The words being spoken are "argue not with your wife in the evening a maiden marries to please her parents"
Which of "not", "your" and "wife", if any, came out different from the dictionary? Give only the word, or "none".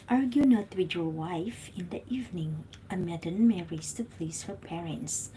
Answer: none